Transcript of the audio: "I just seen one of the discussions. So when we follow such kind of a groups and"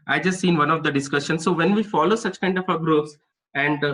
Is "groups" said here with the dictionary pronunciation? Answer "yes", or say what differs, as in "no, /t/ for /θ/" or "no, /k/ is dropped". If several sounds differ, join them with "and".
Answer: no, /p/ is dropped